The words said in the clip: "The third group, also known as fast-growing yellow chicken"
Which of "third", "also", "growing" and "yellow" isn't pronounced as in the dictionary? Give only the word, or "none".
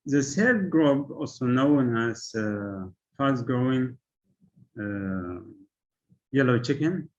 third